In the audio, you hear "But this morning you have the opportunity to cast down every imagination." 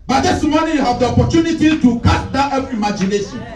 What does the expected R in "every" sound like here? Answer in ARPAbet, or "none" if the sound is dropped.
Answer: none